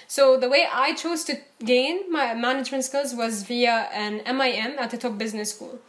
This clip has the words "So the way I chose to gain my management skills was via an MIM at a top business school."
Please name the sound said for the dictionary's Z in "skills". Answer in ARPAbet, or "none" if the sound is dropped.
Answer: Z